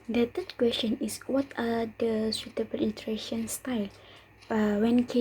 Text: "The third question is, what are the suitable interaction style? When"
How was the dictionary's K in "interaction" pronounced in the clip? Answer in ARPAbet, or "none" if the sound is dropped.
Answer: none